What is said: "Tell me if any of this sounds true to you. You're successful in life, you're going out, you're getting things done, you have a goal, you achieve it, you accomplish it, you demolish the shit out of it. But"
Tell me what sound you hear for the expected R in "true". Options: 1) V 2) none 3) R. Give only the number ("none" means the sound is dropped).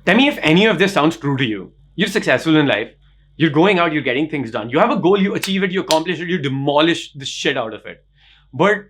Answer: 3